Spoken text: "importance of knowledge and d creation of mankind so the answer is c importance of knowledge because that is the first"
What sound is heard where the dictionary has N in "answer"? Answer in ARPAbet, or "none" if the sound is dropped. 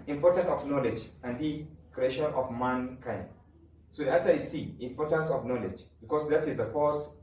none